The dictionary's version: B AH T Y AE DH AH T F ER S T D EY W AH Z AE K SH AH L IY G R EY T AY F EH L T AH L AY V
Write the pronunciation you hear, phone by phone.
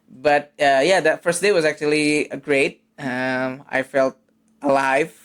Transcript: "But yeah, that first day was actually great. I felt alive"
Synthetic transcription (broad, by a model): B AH T Y AE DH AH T F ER S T D EY W AH Z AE K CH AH L IY G R EY T AY F EH L T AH L AY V